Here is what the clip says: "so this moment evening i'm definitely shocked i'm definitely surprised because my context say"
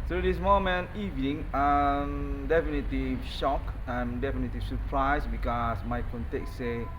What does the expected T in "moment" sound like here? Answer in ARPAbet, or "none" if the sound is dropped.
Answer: none